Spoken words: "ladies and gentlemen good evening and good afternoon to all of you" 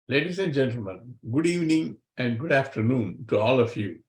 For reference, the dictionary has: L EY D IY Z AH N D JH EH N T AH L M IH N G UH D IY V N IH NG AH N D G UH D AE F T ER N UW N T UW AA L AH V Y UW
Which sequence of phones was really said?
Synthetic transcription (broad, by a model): L EY D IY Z AH N D JH EH N T AH L M IH N G UH D IY V N IH NG AH N D G UH D AE F T ER N UW N T UW AA L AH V Y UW